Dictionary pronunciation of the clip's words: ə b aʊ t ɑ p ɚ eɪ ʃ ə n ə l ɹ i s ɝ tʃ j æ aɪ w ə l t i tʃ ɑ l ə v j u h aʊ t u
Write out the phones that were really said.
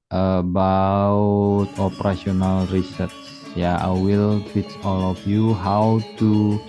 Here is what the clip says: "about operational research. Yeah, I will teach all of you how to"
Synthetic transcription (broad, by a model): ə b aʊ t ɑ p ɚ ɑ s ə n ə l ɹ i s ɝ tʃ j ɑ aɪ w ə l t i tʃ ɑ l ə f j u h aʊ t u